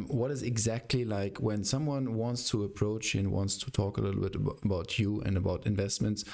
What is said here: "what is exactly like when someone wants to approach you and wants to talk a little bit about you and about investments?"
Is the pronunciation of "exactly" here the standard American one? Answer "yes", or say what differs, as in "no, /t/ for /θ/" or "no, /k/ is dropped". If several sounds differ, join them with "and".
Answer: yes